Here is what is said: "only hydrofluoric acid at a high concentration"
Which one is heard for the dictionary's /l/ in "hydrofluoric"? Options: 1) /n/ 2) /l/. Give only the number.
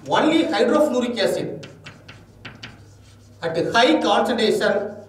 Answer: 1